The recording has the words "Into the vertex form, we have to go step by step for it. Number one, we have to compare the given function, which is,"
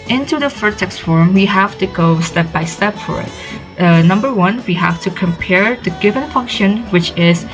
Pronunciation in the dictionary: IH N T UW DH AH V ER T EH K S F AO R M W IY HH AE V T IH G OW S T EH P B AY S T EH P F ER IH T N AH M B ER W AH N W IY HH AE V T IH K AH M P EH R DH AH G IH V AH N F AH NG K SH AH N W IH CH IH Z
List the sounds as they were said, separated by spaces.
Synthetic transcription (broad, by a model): IH N T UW DH AH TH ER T EH K S F AO R M W IY HH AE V T IH G OW S T EH P B AY S T EH P F ER IH T N AH M B ER W AH N W IY HH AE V T IH K AH M P EH R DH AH G IH V AH N F AH NG K SH AH N W IH CH IH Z